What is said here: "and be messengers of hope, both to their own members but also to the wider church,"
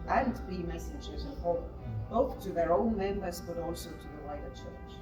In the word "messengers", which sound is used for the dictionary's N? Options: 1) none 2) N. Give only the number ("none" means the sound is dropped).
1